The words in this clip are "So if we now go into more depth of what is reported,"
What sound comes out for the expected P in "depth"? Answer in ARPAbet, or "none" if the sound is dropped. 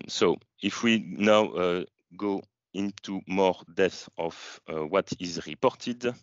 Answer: none